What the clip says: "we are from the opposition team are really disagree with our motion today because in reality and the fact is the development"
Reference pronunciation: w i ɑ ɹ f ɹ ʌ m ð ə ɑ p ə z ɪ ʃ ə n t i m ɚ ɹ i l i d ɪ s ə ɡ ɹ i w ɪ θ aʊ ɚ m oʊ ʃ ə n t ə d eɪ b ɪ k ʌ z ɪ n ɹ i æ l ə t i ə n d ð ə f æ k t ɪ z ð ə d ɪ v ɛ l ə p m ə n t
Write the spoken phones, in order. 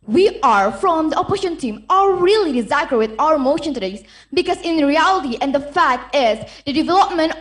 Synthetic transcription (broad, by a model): w i ɑ ɹ f ɹ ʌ m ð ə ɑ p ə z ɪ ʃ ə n t i m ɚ ɹ i l i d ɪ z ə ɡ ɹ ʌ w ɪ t aʊ ɚ m oʊ ʃ ə n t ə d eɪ b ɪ k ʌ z ɪ n ɹ i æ l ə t i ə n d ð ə f æ k t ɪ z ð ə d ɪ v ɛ l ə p m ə n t